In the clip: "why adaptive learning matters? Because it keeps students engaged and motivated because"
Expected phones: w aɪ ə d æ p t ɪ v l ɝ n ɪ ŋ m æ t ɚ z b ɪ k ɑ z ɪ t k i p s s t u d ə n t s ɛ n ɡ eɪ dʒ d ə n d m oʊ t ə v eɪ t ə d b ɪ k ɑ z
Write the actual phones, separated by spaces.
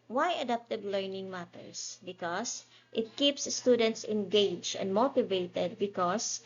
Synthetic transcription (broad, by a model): w aɪ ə d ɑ p t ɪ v l ɝ n ɪ ŋ m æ t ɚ s b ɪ k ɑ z ɪ t k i p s s t u d ə n t s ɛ n ɡ eɪ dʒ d ə n d m oʊ t ə v eɪ t ə d b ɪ k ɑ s